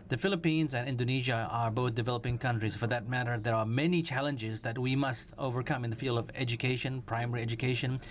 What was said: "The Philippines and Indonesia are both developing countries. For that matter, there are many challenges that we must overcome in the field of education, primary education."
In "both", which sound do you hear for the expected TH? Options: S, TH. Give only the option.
TH